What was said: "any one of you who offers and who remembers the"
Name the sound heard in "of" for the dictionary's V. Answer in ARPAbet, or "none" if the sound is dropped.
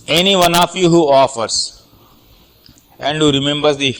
F